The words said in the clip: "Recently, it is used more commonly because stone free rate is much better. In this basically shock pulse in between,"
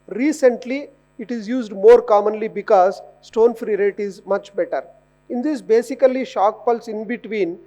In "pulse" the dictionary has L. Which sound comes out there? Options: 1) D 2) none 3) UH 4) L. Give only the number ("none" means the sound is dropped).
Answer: 4